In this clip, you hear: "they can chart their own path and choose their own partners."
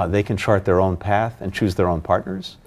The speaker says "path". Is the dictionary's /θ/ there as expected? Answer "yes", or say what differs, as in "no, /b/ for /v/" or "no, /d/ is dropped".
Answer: yes